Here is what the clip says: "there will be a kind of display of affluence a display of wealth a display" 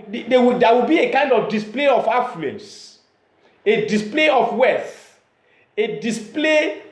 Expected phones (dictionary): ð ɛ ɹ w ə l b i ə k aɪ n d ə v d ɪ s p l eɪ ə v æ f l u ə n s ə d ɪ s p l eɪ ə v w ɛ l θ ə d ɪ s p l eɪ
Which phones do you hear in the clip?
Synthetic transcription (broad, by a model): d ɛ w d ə w b i ə k aɪ n d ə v d ɪ s p l eɪ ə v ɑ f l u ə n s ə d ɪ s p l eɪ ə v w ɛ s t ə d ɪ s p l eɪ